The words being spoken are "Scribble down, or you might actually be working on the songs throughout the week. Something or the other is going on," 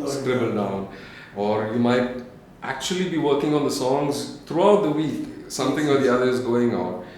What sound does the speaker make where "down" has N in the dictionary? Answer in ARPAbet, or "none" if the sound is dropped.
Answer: N